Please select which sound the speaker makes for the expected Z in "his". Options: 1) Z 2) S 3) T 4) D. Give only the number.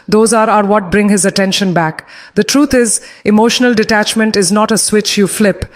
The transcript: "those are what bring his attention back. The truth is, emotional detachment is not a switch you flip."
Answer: 1